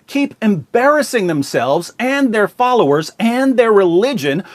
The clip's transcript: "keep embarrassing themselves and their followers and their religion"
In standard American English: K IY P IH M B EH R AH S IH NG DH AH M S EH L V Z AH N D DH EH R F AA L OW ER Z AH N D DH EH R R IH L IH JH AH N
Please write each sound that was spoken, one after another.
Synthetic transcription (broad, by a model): K IY P IH M B EH R AH S IH NG DH AH M S EH L V Z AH N DH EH R F AA L OW ER Z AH N DH EH R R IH L IH JH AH N